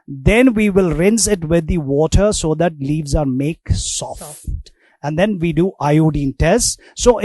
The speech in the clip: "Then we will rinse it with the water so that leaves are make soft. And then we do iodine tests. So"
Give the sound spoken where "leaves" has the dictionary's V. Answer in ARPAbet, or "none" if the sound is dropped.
V